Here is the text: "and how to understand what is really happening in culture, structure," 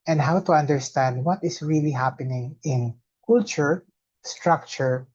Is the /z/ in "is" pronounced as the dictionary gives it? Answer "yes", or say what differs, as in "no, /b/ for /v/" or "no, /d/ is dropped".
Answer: no, /s/ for /z/